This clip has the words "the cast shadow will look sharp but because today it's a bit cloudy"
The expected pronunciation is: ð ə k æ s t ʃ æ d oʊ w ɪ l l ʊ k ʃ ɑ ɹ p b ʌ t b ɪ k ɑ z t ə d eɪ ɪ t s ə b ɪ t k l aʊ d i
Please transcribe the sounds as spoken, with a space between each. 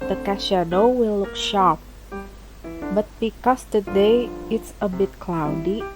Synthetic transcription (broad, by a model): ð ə k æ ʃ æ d oʊ w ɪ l l ʊ k ʃ ɑ ɹ p b ʌ t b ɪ k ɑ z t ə d eɪ ɪ t s ə b ɪ t k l aʊ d i